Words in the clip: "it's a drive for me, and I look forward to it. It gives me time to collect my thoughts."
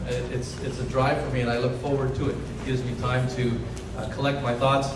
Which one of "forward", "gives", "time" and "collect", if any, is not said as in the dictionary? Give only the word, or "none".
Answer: none